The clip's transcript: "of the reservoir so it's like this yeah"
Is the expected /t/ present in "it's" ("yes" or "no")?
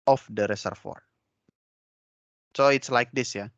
yes